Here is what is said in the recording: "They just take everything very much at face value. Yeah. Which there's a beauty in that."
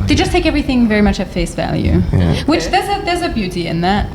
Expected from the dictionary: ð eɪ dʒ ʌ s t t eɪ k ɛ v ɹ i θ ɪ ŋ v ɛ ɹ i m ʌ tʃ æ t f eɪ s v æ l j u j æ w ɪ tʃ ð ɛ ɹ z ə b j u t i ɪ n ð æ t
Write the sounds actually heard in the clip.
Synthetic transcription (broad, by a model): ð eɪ dʒ ʌ s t t eɪ k ɛ v ɹ i θ ɪ ŋ v ɛ ɹ i m ʌ tʃ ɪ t f eɪ s v æ l j u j w ɪ tʃ ð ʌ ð z ə b j u t i ɪ n ð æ t